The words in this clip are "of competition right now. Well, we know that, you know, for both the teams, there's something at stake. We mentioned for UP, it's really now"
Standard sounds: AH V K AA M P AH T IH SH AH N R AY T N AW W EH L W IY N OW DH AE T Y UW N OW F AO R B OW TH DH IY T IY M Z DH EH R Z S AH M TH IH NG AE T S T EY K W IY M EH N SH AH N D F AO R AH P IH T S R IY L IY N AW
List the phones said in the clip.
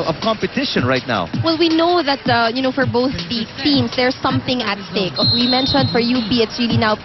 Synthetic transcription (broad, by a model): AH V K AA M P AH T IH SH AH N R AY T N AW W EH L W IY N OW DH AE T Y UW N OW F AO R B OW TH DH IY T IY M S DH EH R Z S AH M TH IH NG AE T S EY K W IY M EH N SH AH N D F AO R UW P IH T S R IY L IY N AW